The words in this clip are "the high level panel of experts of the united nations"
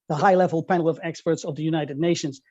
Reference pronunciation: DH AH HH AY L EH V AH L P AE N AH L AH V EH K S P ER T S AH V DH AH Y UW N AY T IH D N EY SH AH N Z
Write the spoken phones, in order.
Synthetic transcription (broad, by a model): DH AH HH AY L EH V AH L P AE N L AH V EH K S P ER T S AH V DH AH Y UW N AY T IH D N EY SH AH N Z